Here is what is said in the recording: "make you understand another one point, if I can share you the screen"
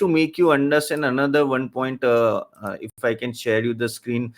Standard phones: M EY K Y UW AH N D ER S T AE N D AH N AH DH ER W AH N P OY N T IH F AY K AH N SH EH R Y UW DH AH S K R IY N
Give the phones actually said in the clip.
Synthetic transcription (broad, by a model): M EY K Y UW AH N D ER S T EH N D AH N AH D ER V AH N P OY N T IH F AY K AH N SH EH R Y UW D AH S K R IY N